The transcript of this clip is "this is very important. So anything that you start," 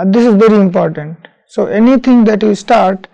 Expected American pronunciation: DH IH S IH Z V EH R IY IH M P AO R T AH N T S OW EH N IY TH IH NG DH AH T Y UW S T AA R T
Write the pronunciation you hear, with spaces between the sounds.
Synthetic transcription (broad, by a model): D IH S IH Z V EH R IY IH M P AO R T AH N T S OW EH N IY T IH NG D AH T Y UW S T AA R T